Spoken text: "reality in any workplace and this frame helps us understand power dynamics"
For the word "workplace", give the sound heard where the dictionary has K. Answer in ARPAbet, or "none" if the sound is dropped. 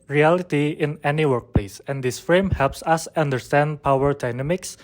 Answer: K